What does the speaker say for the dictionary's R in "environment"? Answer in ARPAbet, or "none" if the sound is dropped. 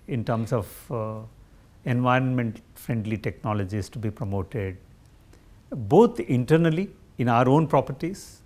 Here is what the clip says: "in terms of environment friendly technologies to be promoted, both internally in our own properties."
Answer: R